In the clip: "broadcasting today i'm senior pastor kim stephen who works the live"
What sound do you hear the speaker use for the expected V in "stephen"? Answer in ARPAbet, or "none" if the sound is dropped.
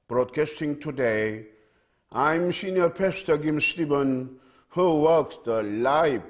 B